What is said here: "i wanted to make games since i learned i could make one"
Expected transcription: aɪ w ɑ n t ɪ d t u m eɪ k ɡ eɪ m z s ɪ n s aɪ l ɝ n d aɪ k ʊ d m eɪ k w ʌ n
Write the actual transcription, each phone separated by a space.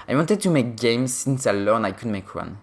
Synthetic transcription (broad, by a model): aɪ w ɑ n t ɪ d t u m eɪ k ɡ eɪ m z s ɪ n s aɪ l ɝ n aɪ k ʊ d m eɪ k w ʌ n